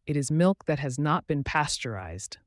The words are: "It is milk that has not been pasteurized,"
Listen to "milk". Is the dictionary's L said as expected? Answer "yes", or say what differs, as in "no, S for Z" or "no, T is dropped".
yes